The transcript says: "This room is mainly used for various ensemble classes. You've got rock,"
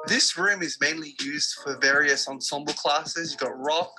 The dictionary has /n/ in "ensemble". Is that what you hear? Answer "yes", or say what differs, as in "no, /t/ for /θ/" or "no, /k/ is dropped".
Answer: yes